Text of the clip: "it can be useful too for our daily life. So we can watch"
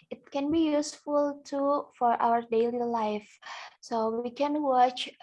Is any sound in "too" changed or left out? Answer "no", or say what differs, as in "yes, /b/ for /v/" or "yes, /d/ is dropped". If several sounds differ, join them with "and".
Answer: no